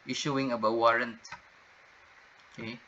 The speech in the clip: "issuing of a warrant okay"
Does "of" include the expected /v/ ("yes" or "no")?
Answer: no